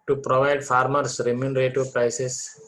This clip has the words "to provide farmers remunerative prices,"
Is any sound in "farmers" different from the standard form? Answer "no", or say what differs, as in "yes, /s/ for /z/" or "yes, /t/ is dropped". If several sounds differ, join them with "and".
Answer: yes, /s/ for /z/